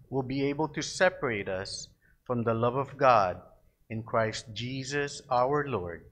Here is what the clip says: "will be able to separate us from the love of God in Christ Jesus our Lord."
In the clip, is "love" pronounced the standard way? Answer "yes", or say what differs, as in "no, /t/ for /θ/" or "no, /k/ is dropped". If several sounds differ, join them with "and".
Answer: yes